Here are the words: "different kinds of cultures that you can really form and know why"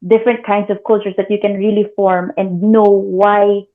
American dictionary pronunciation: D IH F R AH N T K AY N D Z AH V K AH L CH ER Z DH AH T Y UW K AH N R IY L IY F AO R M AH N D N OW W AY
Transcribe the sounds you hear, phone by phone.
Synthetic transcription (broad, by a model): D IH F R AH N T K AY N D S AH V K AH L CH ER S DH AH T Y UW K AH N R IY L IY F AO R M AH N D N OW W AY